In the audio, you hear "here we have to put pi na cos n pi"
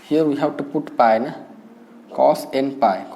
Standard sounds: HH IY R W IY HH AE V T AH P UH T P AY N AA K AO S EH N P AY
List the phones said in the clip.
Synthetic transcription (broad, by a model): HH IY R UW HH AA W T AH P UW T P AY N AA K AO S EH N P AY